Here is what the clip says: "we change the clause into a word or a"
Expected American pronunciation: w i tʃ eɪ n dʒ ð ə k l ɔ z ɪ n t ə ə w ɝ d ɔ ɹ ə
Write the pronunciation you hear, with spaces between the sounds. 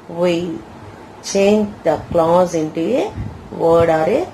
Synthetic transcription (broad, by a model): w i tʃ eɪ n dʒ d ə k l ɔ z ɪ n t ə ə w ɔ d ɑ ɹ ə